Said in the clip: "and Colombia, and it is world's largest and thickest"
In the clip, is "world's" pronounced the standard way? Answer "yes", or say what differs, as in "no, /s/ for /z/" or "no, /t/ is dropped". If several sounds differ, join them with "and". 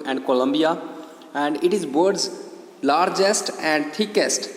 no, /l/ is dropped